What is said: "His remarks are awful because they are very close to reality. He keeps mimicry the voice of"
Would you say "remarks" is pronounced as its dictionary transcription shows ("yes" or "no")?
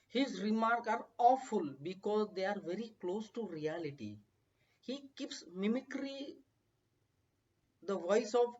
no